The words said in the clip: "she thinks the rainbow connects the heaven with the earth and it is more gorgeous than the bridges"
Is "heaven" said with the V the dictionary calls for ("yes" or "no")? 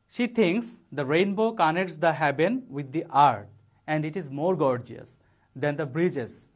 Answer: no